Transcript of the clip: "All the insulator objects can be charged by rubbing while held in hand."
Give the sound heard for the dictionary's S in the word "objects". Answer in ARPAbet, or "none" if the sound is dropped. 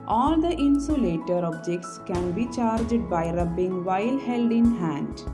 S